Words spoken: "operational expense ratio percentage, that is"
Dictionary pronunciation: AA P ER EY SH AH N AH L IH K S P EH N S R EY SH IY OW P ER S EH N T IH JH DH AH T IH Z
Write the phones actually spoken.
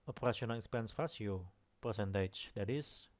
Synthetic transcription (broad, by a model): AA P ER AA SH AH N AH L IH K S P EH N S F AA S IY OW P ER S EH N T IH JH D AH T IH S